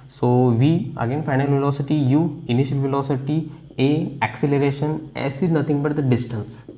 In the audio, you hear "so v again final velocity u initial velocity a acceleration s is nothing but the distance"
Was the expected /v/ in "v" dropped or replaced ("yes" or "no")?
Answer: no